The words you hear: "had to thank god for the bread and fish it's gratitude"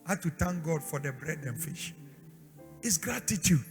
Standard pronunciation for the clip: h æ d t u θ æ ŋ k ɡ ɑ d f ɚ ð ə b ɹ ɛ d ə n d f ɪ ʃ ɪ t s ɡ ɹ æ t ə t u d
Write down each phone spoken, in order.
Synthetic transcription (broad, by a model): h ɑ t u t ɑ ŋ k ɡ ɑ d f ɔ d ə b ɹ ɛ d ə n f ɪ ʃ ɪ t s ɡ ɹ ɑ t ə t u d